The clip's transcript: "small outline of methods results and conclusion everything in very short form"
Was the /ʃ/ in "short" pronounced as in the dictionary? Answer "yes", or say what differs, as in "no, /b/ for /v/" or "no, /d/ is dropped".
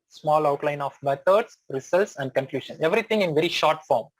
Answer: yes